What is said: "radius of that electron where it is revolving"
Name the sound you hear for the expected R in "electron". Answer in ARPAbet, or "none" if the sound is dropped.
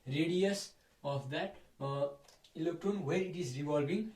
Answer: none